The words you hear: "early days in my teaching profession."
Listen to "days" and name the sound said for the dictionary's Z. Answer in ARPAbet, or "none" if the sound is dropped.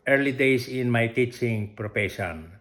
S